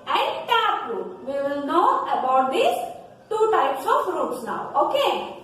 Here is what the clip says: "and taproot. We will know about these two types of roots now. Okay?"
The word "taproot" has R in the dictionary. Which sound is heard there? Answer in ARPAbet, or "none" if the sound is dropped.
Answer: none